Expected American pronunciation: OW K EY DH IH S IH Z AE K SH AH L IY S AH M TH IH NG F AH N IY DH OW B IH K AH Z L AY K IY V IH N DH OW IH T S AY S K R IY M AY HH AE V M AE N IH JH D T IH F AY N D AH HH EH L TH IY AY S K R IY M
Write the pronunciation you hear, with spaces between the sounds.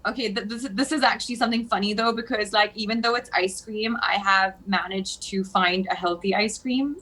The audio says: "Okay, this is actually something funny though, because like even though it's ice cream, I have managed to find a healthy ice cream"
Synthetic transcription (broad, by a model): OW K EY DH IH S IH Z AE K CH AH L IY S AH M TH IH NG F AH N IY DH OW B IH K AH Z L AY K IY V IH N DH OW IH T S AY S K R IY M AY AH V M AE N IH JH T IH F AY N D AH HH EH L TH IY AY S K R IY M